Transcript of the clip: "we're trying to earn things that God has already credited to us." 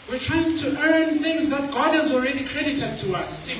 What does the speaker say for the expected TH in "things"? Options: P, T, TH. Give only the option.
TH